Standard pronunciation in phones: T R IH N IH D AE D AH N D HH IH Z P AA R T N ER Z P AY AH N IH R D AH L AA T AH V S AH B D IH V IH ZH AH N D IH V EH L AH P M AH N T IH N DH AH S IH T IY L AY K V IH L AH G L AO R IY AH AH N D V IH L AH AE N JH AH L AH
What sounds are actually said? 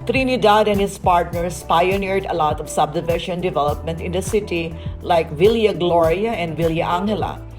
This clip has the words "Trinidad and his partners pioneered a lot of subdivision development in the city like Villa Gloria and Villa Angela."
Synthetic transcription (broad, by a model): T R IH N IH D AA D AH N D HH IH S P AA R T N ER S P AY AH N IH R D AH L AA T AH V S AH B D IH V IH SH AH N D IH V EH L AH P M AH N T IH N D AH S IH T IY L AY K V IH L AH G L AO R IY AH AH N D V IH L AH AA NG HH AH L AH